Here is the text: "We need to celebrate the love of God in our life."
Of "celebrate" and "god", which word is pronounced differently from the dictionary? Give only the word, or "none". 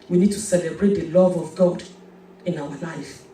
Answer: none